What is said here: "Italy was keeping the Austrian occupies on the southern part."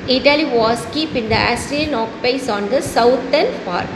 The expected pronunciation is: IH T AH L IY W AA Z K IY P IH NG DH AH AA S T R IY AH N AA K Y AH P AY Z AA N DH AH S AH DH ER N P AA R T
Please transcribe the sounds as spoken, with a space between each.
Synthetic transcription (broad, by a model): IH T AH L IY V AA S K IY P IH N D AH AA S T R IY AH N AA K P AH IH S AA N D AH S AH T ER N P AA R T